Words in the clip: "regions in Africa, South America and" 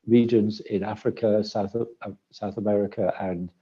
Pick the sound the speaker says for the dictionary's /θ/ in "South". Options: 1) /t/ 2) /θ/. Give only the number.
2